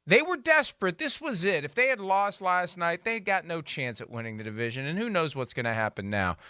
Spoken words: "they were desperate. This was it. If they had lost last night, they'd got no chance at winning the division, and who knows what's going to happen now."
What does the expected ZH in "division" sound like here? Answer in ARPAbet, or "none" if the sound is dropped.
ZH